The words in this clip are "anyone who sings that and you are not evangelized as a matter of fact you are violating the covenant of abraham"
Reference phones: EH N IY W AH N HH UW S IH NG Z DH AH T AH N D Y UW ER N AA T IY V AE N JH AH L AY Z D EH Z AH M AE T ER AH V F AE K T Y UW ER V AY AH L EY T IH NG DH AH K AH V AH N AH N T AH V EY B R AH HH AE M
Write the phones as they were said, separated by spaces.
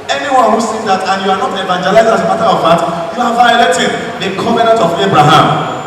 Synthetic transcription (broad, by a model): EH N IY W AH N HH UW S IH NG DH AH T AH N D Y UW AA N AA T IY V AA N JH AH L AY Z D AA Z AH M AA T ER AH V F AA T Y UW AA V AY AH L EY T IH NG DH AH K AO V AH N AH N T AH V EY B R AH HH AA M